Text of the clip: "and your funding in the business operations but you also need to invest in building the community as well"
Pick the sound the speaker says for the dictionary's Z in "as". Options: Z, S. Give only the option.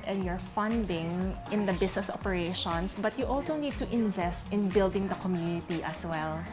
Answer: S